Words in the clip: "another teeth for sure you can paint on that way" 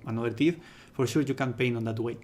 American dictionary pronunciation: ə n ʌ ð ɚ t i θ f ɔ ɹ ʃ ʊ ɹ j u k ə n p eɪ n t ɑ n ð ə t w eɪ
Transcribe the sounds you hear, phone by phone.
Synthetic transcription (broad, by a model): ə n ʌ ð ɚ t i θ f ɔ ɹ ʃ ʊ ɹ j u k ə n p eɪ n ɑ n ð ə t w eɪ